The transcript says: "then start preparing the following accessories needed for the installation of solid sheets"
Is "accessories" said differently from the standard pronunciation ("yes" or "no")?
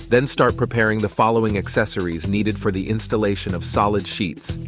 no